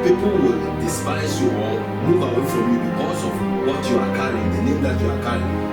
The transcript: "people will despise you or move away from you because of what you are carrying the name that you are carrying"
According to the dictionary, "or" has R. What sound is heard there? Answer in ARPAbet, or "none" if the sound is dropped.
L